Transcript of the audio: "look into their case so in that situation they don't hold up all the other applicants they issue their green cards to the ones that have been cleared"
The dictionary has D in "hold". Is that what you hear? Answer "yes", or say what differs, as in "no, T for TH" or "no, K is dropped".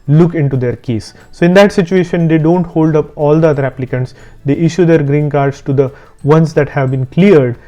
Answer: yes